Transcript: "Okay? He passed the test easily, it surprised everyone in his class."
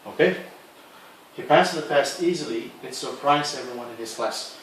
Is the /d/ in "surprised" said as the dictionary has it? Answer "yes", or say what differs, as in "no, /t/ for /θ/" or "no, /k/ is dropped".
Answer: no, /d/ is dropped